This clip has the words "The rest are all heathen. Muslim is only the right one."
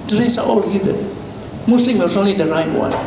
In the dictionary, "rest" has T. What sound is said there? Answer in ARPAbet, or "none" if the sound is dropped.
none